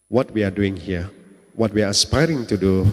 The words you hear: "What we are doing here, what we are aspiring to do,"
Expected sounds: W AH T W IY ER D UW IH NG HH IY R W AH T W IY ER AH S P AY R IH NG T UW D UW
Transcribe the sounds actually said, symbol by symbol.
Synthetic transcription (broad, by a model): W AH T W IY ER D UW IH NG HH IY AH W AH T W IY AH S P AY R IH NG T UW D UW